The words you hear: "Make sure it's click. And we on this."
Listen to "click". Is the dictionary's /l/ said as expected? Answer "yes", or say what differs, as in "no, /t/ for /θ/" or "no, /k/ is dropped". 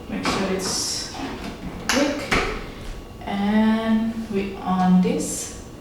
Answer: no, /w/ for /l/